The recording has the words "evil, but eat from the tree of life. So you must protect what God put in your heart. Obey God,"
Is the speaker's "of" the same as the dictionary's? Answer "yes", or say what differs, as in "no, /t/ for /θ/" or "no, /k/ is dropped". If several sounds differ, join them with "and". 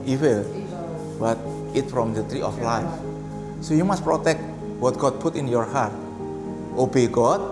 no, /f/ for /v/